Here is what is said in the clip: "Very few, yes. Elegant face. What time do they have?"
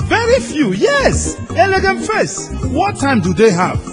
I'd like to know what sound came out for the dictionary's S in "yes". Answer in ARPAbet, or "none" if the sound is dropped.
S